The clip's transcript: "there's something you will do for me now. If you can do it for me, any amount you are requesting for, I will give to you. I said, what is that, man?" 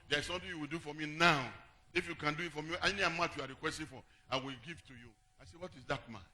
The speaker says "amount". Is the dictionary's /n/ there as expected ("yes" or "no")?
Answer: no